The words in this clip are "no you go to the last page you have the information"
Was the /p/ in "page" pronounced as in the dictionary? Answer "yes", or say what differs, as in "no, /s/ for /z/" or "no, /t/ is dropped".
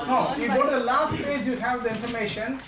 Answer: no, /f/ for /p/